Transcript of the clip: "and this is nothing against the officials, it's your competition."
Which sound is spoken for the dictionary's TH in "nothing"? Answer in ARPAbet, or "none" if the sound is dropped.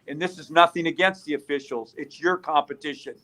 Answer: TH